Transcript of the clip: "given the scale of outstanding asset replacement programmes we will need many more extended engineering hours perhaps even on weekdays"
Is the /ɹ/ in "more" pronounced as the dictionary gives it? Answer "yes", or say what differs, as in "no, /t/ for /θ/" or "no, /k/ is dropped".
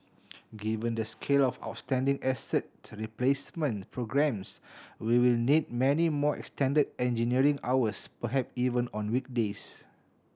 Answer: yes